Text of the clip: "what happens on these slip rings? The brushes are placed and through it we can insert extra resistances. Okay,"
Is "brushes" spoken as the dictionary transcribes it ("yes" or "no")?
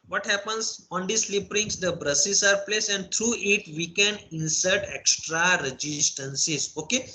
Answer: no